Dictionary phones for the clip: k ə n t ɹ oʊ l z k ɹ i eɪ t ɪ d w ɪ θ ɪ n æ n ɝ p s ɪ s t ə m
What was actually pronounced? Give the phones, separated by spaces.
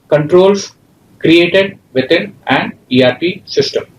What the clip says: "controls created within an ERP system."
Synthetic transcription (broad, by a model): k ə n t ɹ oʊ l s k ɹ i eɪ t ɪ d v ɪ t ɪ n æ n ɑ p s ɪ s t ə m